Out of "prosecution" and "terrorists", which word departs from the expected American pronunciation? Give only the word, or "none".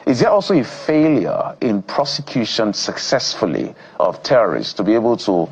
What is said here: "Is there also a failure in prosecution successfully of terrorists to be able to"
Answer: none